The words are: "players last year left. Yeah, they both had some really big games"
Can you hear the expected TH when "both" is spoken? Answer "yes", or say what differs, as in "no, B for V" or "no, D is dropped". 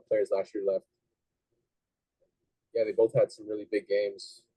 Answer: yes